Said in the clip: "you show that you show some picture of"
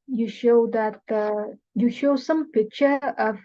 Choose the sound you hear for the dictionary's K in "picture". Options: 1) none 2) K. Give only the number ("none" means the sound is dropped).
1